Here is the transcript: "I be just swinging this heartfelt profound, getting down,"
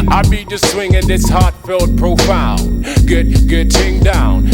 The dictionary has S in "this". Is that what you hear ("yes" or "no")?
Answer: yes